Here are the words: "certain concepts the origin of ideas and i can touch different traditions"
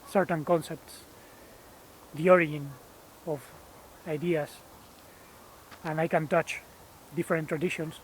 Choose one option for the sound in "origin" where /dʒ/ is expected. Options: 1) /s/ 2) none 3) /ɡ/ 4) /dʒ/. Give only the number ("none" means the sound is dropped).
2